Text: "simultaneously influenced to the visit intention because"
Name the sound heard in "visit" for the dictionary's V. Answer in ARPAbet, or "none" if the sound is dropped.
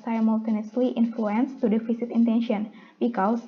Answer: F